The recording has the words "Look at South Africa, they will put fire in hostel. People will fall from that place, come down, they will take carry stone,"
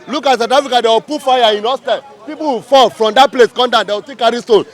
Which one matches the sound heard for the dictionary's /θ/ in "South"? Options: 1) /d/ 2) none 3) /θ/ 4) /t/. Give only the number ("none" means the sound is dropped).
4